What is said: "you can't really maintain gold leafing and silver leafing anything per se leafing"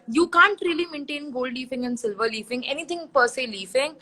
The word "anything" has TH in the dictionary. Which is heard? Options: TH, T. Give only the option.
T